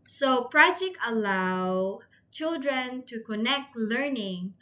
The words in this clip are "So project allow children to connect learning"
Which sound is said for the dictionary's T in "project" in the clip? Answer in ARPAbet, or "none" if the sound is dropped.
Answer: none